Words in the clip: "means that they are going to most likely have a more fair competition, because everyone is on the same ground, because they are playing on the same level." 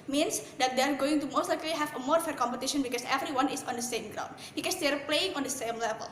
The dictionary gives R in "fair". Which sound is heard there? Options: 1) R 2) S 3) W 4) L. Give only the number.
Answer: 1